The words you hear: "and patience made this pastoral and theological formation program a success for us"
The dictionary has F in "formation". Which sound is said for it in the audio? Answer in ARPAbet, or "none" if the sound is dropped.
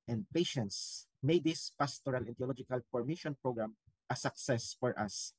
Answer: P